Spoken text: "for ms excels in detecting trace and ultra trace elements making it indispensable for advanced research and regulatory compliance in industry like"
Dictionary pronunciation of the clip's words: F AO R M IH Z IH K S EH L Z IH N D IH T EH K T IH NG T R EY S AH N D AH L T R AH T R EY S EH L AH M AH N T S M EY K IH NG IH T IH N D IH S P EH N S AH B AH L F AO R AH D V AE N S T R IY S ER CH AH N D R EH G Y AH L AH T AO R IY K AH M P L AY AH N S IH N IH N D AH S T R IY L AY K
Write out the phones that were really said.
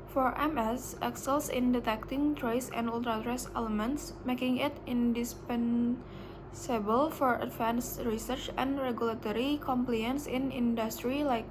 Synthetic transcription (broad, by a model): F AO R M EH S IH K S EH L S IH N D IH T EH K T IH NG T R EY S AH N D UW L T R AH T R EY S EH L AH M AH N T S M EY K IH NG IH T IH N D IH S P EH N S AH B AH L F AO R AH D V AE N S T R IY S ER CH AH N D R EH G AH L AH T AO R IY K AH M P L AY AH N S IH N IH N D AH S T R IY L AY K